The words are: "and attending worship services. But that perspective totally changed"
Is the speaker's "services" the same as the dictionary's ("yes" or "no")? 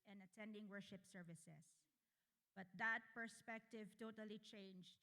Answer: no